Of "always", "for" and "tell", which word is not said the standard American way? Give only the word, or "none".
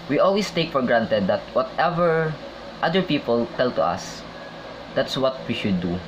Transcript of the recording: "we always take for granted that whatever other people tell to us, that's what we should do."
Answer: always